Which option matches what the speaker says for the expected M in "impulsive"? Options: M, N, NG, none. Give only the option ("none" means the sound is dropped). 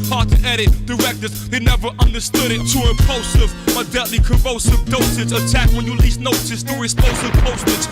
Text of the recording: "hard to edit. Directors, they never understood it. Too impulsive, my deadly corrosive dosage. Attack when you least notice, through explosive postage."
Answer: none